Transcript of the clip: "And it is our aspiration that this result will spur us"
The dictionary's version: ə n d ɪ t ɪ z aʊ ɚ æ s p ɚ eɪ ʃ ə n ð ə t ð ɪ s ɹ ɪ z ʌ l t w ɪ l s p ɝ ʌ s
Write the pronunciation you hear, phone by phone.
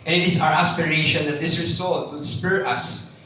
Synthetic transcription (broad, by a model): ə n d ɪ t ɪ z aʊ ɚ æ s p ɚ eɪ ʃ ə n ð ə t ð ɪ s ɹ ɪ s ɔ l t w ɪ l s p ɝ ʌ s